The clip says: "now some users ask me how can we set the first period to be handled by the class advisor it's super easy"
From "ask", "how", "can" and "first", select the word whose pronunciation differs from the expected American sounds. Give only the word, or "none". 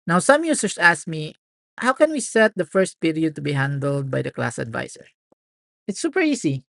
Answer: none